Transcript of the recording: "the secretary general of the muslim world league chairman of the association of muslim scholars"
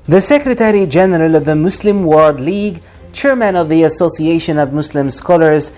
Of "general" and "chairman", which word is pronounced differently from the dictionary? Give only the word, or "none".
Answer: none